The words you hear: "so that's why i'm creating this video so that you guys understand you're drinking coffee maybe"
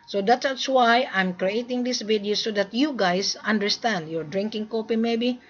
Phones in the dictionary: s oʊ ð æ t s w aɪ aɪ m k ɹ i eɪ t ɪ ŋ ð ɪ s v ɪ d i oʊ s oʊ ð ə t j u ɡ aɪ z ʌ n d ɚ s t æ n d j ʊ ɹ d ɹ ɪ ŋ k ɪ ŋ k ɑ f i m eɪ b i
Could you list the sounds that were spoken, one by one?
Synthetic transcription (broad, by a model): s oʊ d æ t s w aɪ aɪ m k ɹ i eɪ t ɪ ŋ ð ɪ s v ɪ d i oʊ s oʊ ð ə t j u ɡ aɪ s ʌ n d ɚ s t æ n d j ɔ ɹ d ɹ ɪ ŋ k ɪ ŋ k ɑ p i m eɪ b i